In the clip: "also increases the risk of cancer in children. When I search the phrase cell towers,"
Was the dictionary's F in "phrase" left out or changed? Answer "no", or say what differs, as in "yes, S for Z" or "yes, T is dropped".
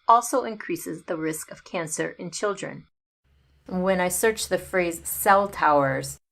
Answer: no